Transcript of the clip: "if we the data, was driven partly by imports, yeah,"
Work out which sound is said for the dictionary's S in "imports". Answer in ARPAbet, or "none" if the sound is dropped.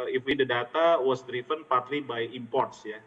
S